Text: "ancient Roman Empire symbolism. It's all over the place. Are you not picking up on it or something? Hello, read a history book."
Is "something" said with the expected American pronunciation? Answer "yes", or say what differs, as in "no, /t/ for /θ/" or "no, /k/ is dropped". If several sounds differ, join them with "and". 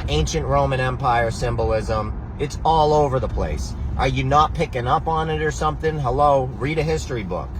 yes